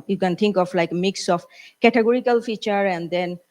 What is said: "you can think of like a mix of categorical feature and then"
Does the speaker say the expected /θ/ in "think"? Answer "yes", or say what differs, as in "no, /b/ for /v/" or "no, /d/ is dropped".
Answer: no, /t/ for /θ/